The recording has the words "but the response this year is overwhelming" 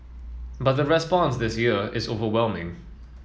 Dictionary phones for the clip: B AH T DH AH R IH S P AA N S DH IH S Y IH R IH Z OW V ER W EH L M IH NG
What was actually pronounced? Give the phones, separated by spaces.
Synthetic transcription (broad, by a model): B AH T DH AH R IH S P AA N S DH IH S Y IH R IH Z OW V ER W EH L M IH NG